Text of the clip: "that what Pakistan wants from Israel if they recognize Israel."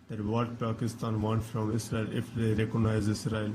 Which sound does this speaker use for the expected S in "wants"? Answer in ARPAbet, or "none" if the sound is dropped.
none